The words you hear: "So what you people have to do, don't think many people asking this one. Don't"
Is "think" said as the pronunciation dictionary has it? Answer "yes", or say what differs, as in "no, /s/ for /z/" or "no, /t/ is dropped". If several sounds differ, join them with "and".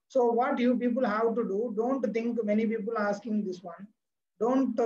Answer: no, /t/ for /θ/